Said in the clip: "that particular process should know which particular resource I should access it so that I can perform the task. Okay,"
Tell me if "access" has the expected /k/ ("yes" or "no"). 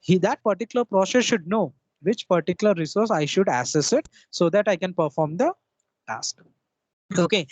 no